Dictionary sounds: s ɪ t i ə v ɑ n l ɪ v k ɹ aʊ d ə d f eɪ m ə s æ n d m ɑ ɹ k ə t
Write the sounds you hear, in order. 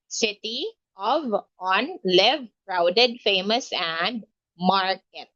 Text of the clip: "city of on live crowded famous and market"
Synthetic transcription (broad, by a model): s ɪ t i ə v ɑ n l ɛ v k ɹ aʊ d ə d f eɪ m ə s æ n d m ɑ ɹ k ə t